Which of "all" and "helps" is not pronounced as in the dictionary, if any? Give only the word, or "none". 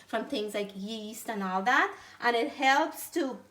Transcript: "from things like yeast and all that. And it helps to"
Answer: none